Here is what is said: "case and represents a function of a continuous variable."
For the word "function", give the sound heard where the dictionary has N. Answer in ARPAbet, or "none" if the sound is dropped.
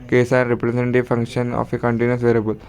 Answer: N